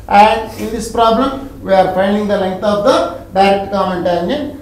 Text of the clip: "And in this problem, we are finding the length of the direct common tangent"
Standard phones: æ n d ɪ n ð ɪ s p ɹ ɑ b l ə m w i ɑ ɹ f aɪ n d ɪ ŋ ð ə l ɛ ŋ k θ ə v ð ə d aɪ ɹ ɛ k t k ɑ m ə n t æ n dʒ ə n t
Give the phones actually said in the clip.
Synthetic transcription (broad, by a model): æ n d ɪ n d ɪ s p ɹ ɑ b l ə m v i ɑ ɹ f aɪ n d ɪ ŋ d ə l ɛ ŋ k t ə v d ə d aɪ ɹ ɛ k t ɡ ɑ ə n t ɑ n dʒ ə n